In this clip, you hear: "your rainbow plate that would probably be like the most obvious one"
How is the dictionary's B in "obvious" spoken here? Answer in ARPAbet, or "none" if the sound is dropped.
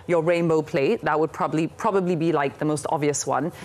none